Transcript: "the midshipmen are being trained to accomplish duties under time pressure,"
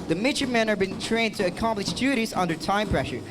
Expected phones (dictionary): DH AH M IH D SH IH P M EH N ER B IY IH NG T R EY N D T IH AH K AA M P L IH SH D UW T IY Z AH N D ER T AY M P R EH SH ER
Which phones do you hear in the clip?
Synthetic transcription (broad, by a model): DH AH M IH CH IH M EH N ER B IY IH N T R EY N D T IH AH K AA M P L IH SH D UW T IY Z AH N D ER T AY M P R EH SH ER